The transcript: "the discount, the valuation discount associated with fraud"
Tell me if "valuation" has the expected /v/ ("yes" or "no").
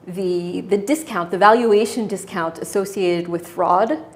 yes